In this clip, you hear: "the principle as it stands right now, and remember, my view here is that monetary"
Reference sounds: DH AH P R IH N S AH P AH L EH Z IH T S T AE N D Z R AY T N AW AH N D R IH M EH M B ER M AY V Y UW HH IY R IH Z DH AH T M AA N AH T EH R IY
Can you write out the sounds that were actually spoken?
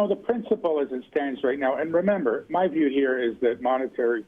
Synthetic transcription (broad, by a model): DH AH P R IH N S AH P L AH Z IH T S T AE N D Z R AY T N AW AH N R IH M EH M B ER M AY V Y UW HH IY R IH Z DH AH T M AA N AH T EH R IY